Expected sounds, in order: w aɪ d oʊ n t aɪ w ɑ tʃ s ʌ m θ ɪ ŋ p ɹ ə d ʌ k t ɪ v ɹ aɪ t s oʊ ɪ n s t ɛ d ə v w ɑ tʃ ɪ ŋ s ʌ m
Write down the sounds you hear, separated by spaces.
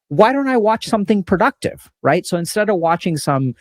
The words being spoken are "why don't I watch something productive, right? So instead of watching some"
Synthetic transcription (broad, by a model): w aɪ d oʊ n t aɪ w ɑ tʃ s ʌ m θ ɪ ŋ p ɹ ə d ʌ k t ɪ v ɹ aɪ t s oʊ ɪ n s t ɛ d ə v w ɑ tʃ ɪ ŋ s ʌ m